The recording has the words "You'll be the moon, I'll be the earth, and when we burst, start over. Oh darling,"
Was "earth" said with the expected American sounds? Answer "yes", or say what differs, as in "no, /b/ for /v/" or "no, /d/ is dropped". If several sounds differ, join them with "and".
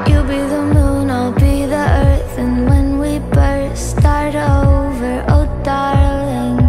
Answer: yes